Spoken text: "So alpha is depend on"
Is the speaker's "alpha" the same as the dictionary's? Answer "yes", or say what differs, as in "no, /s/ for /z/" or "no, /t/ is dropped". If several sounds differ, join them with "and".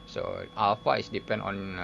no, /w/ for /l/